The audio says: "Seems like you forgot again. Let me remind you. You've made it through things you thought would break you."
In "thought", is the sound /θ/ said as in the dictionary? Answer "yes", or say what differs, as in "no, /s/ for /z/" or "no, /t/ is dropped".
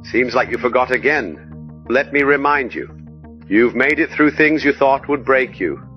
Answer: yes